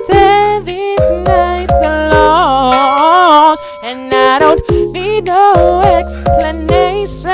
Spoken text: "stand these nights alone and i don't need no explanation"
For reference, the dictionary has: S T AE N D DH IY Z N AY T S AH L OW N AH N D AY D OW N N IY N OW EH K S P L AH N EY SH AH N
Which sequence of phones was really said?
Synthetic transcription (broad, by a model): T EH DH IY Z N AY T S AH L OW AH N AY D OW N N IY N OW EH K S P L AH N EY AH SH